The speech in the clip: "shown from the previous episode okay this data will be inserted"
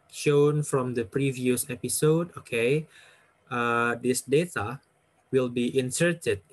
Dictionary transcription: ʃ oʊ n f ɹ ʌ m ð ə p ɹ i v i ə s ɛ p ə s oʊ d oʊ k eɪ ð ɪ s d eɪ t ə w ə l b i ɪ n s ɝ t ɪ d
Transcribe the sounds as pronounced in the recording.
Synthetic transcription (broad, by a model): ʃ oʊ n f ɹ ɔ m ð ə p ɹ i v i ə s ɛ p ə s oʊ d oʊ k eɪ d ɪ s d eɪ t ə w ə l b i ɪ n s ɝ t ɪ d